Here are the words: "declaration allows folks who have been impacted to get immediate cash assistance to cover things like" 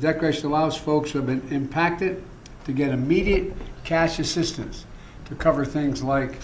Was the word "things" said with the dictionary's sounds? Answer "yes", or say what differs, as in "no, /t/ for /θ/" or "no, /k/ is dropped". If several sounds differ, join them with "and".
yes